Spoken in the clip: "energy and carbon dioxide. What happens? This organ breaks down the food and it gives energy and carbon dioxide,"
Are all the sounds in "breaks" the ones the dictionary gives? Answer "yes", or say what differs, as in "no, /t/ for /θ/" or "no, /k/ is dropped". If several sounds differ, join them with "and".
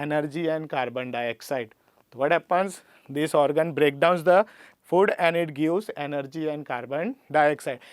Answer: no, /s/ is dropped